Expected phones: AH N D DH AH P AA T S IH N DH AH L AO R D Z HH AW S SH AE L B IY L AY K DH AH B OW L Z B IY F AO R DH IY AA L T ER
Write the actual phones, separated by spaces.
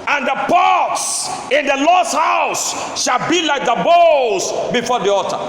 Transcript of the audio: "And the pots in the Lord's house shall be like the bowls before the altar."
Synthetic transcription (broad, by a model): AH N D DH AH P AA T S IH N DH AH L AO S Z HH AW S SH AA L B IY L AY K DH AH B OW Z B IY F AO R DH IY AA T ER